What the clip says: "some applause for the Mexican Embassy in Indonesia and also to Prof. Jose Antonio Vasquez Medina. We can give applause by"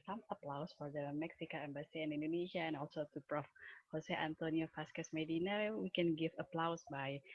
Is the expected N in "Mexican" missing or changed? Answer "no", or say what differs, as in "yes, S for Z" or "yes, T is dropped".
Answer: yes, N is dropped